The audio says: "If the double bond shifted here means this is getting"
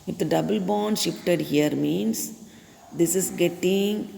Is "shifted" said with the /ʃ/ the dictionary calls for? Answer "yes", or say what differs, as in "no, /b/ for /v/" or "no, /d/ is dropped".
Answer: yes